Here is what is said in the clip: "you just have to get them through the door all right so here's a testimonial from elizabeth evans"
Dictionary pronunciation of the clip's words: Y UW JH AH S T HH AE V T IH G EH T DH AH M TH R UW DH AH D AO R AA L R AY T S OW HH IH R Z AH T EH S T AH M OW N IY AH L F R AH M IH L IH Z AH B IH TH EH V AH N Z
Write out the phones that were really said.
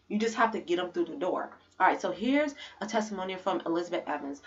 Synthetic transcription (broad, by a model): Y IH JH AH S T HH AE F T IH G EH T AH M TH R UW DH AH D AO R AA R AY T S OW HH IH R Z AH T EH S T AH M OW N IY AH F R AH M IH L IH Z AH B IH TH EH V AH N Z